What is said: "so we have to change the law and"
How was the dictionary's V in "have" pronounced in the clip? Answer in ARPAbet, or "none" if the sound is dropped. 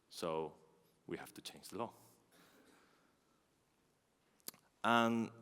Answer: F